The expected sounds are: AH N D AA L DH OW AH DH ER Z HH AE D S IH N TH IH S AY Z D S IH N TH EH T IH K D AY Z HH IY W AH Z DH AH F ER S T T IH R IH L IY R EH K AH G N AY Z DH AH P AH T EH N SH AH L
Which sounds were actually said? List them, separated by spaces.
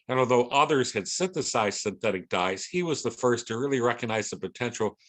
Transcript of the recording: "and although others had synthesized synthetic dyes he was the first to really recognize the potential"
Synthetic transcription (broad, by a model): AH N AA L DH OW AH DH ER Z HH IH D S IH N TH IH S AY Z S IH N TH EH T IH K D AY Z HH IY W AH Z DH AH F ER S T T IH R IH L IY R EH K AH G N AY Z DH AH P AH T EH N SH L